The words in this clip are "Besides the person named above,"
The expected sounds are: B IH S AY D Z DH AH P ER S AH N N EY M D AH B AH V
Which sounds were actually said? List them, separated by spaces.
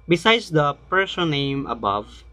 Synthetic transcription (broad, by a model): B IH S AY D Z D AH P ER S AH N N EY M AH B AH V